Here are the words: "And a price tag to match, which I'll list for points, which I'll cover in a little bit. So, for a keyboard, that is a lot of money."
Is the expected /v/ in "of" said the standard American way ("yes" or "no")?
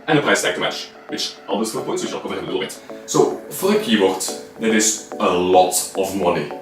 yes